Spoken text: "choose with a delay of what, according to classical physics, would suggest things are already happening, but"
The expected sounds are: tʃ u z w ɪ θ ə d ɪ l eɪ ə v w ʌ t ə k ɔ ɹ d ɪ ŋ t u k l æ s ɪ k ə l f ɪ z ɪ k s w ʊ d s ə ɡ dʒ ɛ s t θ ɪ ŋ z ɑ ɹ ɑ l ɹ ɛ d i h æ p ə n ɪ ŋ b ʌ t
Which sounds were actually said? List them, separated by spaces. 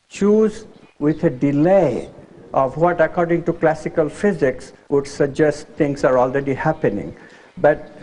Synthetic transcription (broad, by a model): tʃ u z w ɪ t ə d ɪ l eɪ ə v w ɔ t ə k ɔ ɹ d ɪ ŋ t u k l æ s ɪ k ə l f ɪ z ɪ k s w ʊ d s ə ɡ dʒ ɛ s t t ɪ ŋ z ɑ ɹ ɑ l ɹ ɛ d i h æ p ə n ɪ ŋ b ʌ t